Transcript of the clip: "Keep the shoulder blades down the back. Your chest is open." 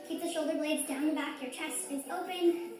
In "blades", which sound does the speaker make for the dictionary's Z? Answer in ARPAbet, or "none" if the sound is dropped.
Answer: Z